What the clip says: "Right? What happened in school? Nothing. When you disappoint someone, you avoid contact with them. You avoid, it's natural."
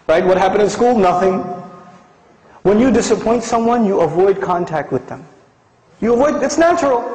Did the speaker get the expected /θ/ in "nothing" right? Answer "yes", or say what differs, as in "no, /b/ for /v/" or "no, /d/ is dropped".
yes